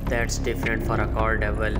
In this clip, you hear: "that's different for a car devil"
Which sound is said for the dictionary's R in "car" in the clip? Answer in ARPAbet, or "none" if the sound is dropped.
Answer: L